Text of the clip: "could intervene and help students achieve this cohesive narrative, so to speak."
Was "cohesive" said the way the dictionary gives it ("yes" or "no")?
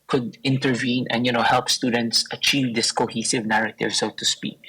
yes